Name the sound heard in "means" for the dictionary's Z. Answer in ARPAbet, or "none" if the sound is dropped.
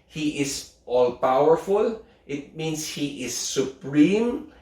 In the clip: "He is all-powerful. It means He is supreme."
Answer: S